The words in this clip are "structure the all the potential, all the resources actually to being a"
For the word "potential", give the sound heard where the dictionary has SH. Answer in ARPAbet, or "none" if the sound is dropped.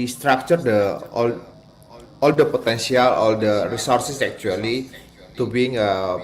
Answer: S